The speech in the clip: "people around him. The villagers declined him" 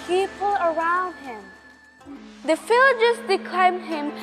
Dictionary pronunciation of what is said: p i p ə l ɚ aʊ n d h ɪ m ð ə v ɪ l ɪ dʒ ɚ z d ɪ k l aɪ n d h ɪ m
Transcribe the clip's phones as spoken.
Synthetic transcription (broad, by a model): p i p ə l ɚ aʊ n d h ɪ m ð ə f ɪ l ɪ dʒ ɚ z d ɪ k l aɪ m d h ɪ m